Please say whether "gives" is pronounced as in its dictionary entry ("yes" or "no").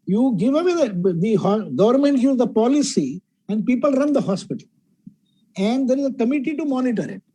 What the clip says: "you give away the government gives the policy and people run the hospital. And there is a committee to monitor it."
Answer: no